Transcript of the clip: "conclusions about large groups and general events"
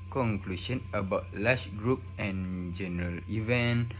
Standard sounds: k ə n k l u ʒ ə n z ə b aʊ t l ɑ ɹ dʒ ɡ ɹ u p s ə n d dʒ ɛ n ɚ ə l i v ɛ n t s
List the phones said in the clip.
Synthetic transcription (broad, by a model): k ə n k l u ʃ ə n ə b aʊ t l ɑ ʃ ɡ ɹ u p ə n dʒ ɛ n ɚ ə l i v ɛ n